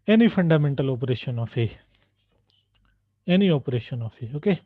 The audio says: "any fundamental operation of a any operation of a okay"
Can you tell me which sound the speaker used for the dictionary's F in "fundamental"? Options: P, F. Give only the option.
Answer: P